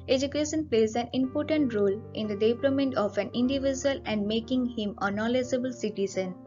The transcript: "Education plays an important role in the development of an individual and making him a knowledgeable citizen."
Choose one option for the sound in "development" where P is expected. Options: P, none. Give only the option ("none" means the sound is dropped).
none